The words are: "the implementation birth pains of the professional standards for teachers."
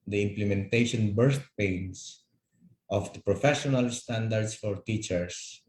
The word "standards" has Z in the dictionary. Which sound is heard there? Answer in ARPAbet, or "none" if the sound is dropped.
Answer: S